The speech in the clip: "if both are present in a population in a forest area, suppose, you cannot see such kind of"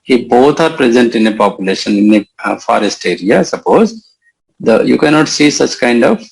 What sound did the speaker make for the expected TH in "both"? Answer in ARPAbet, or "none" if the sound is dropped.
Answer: T